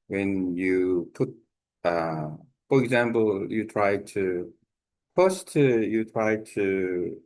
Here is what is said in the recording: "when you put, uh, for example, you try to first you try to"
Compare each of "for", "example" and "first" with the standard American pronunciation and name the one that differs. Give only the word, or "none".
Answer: first